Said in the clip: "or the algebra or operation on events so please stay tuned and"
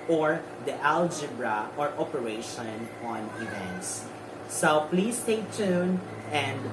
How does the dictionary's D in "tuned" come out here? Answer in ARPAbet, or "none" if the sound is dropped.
none